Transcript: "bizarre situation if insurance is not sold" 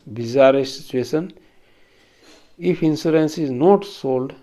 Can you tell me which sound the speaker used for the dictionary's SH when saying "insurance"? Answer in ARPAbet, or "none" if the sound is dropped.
S